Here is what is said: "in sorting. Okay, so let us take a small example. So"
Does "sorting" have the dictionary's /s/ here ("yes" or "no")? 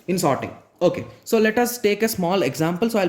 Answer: yes